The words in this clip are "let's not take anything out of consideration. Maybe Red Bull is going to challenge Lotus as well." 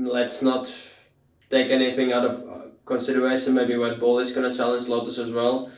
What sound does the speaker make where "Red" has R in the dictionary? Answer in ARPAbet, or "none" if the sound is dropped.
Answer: W